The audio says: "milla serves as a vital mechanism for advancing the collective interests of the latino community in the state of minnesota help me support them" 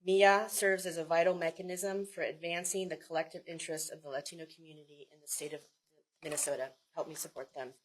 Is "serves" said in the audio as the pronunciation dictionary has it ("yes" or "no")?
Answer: yes